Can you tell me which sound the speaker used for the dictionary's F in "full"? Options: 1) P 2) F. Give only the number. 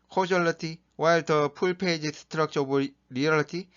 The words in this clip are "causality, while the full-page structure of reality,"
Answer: 1